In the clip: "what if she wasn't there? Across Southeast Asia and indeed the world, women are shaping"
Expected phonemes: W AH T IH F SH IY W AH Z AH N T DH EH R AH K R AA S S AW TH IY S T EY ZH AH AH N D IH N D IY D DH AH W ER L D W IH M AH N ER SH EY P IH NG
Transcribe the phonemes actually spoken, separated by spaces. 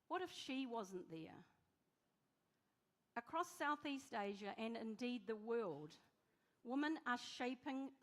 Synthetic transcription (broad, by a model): W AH T IH F SH IY W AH Z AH N DH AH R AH K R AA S S AW TH IY S T EY ZH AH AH N IH N D IY D DH AH W ER L D W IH M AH N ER SH EY P IH NG